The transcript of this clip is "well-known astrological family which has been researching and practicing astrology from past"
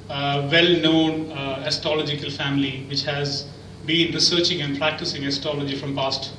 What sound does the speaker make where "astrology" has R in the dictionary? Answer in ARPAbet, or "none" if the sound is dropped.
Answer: none